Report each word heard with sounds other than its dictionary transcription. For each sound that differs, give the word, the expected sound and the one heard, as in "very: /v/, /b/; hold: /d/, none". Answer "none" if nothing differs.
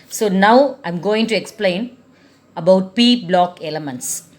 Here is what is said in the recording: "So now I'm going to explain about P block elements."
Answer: none